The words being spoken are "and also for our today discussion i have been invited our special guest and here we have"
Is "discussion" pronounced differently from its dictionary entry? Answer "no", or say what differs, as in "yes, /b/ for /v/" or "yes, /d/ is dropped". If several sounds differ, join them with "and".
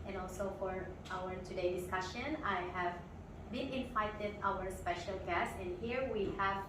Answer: no